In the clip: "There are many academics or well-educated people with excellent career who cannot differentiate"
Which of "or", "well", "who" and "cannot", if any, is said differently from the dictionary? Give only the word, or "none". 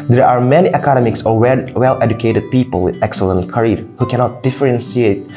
or